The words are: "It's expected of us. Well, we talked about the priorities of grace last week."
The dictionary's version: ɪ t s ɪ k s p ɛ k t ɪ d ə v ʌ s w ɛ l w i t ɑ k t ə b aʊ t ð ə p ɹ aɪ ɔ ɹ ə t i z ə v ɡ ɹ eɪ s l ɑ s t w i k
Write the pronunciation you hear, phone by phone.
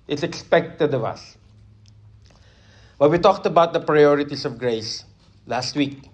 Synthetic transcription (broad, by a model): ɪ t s ɪ k s p ɛ k t ɪ d ə v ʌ s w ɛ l w i t ɑ k t ə b aʊ t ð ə p ɹ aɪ ɔ ɹ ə t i s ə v ɡ ɹ eɪ s l ɑ s t w i k